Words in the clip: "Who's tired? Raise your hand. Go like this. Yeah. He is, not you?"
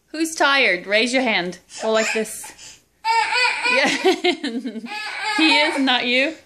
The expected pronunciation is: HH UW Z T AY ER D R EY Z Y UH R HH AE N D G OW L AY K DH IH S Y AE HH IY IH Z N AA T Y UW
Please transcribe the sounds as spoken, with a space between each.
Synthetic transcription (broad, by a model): HH UW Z T AY ER D R EY Z Y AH R HH AE N D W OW L AY K DH IH S Y AE HH IY IH Z N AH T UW